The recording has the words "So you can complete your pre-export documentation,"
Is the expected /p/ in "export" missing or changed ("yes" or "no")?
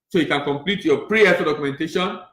yes